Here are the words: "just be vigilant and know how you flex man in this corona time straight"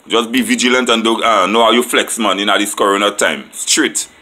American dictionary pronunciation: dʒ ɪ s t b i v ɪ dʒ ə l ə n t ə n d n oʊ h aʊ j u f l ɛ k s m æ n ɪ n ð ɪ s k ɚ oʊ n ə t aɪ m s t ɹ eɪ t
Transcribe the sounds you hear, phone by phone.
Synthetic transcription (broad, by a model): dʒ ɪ s b i v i dʒ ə l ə n t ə n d n oʊ h aʊ j u f l ɛ k s m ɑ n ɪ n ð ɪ s k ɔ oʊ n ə t aɪ m s t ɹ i t